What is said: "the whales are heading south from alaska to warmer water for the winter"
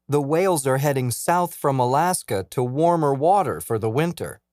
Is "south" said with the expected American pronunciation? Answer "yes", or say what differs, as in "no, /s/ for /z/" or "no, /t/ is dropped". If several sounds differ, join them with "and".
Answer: yes